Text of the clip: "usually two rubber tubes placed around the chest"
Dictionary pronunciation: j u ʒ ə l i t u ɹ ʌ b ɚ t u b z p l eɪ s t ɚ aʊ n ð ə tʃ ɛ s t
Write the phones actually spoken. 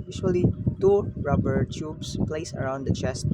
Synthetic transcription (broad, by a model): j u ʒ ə l i t u ɹ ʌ b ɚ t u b s p l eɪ s ɚ aʊ n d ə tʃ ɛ s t